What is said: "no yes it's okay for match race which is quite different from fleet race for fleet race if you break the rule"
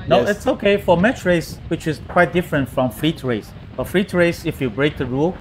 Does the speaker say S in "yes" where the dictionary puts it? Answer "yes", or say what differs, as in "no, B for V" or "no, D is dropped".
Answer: no, S is dropped